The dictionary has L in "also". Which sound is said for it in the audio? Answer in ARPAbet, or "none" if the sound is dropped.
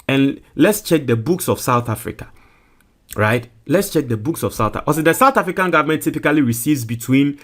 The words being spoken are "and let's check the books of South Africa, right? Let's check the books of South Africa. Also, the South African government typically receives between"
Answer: none